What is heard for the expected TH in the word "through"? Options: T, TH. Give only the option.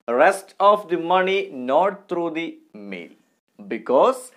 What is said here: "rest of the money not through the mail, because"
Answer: T